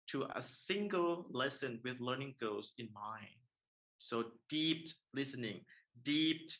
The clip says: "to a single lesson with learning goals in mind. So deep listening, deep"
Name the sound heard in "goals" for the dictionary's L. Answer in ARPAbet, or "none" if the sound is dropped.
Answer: none